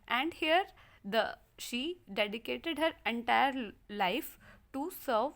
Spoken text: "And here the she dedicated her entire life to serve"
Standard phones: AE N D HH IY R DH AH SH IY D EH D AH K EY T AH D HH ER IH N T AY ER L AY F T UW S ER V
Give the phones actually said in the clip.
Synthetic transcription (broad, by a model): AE N D HH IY R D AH SH IY D EH D AH K EY T AH D HH ER IH N T AY ER L AY F T UW S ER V